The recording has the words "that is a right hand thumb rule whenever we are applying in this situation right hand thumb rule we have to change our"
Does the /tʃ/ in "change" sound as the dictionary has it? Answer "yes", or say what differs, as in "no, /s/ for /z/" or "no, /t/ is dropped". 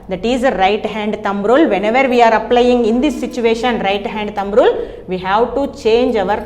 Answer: yes